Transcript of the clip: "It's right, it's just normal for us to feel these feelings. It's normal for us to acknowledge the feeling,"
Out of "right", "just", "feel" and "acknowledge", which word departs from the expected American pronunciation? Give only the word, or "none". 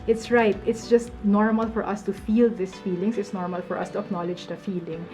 none